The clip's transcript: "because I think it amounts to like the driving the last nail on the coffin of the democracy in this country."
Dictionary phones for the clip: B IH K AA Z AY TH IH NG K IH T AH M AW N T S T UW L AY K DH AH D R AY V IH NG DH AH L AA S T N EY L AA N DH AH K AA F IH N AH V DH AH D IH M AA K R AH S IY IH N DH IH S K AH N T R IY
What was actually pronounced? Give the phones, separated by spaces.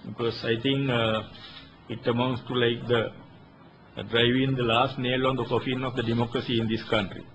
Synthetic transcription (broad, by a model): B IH K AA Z AY T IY NG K IH T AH M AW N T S T UW L AY K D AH D R AY V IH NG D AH L AA S T N EY L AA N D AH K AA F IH N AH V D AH D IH M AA K R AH S IY N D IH S K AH N T R IY